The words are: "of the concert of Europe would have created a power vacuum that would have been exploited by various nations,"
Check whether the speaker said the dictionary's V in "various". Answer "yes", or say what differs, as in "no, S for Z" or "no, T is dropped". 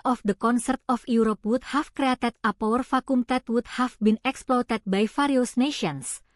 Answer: no, F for V